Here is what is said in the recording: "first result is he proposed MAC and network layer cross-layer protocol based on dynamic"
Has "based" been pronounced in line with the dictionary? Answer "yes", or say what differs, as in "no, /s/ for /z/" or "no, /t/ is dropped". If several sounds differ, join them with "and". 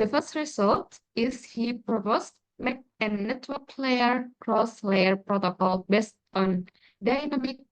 yes